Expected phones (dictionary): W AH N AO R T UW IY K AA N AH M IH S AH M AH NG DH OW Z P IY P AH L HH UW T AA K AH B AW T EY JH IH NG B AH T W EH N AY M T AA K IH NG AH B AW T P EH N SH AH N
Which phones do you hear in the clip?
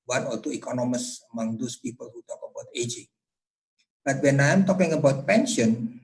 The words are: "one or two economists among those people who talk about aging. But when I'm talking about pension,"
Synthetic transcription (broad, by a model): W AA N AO L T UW IY K AA N AH M IH S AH M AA NG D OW S P IY P AH L HH UW T AA K AH B AW T EY JH IH NG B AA T W EH N AY M T AA K IH NG AH B AW T P EH N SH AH N